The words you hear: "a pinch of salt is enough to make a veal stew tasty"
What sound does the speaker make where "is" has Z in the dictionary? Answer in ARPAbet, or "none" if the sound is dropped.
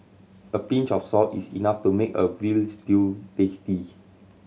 S